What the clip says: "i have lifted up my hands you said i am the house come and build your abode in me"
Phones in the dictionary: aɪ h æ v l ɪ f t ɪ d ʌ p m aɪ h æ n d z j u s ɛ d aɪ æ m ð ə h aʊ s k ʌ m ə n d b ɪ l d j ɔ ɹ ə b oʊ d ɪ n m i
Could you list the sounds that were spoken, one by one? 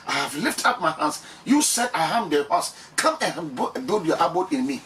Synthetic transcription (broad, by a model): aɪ h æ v l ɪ f t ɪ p m aɪ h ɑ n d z j u s ɛ d aɪ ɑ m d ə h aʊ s k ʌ m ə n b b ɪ d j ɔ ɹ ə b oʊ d ɪ n m i